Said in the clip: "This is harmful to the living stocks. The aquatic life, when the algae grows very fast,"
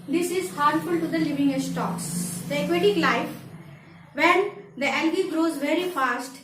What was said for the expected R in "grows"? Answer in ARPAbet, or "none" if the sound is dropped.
R